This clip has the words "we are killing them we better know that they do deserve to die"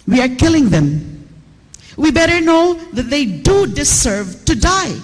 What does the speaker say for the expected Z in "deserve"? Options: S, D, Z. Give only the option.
S